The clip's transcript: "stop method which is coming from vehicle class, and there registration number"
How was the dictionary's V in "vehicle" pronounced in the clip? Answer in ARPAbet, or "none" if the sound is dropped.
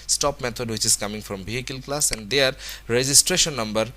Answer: B